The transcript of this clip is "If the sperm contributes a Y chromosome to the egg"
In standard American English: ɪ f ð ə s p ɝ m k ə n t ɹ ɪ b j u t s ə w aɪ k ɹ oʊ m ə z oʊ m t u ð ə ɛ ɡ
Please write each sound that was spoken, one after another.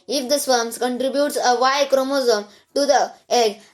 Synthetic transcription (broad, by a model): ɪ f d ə s f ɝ m k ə n t ɹ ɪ b j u t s ə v aɪ k ɹ oʊ m ə z oʊ m t u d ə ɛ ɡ